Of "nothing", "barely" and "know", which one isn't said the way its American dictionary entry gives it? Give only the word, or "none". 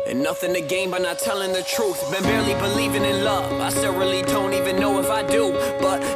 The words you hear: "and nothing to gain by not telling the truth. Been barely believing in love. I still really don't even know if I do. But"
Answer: none